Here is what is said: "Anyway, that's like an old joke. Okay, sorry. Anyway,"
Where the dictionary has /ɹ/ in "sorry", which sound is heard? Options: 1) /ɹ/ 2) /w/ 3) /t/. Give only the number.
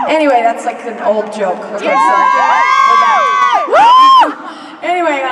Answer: 2